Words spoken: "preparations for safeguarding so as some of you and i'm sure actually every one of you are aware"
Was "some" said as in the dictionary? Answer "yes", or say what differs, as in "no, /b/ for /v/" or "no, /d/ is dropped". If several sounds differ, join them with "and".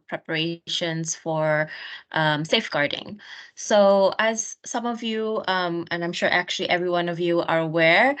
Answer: yes